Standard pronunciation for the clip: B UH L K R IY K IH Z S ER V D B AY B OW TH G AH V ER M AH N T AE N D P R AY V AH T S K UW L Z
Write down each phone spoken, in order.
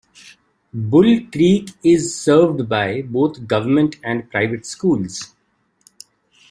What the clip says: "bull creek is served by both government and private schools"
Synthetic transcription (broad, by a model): B UH L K R IY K IH Z S ER V D B AY B OW T G AH V ER M AH N T AE N D P R AY V AH T S K UW L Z